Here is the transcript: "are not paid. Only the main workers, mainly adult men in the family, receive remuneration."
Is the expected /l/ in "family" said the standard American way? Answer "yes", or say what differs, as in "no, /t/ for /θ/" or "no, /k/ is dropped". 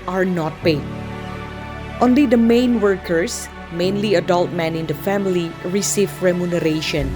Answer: yes